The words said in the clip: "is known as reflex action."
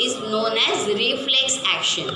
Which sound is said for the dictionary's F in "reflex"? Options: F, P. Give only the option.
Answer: F